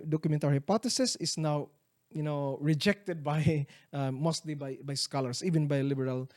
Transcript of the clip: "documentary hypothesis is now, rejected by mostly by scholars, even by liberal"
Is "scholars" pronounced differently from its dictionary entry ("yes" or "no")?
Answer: yes